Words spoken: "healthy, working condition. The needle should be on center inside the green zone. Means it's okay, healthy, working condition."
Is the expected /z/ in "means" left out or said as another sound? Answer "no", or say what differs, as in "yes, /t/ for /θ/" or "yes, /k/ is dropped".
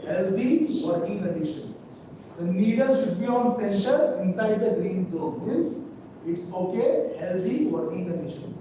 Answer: yes, /s/ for /z/